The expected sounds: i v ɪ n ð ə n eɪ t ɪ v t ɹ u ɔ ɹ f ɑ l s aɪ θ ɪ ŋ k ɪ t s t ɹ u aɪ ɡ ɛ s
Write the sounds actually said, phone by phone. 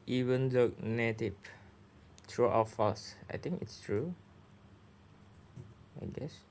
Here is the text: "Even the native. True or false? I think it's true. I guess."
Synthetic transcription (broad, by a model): i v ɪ n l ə n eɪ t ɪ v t ɹ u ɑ w f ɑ s aɪ t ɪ ŋ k ɪ t s t ɹ u aɪ ɡ ɛ s